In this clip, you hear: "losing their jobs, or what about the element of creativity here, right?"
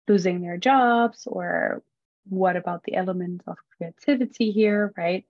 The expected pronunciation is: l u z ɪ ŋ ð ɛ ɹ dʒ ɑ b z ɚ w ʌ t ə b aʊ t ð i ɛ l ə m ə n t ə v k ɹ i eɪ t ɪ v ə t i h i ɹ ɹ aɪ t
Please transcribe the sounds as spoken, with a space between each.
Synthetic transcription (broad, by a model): l u z ɪ ŋ ð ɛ ɹ dʒ ɑ b z ɚ w ʌ t ə b aʊ t ð i ɛ l ə m ə n t ə v k ɹ i eɪ t ɪ v ə t i h i ɹ ɹ aɪ t